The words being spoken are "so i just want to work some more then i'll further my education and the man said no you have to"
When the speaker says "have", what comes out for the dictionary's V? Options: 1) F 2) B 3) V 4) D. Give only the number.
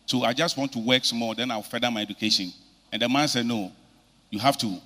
1